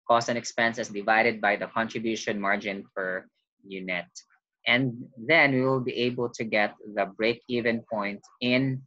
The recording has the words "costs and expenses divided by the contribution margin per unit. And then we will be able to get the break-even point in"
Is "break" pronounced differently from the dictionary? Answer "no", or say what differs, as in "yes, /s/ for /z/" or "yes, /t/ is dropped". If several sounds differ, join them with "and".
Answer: no